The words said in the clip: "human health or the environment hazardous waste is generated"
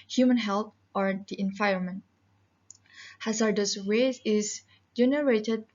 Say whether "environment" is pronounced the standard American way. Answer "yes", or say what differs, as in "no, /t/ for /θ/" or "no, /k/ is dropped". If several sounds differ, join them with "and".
no, /ɹ/ is dropped